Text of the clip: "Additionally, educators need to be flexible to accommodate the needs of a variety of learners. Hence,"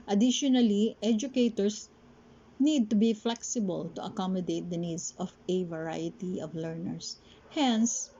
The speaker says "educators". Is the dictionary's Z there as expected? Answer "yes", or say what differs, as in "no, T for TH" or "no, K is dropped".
no, S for Z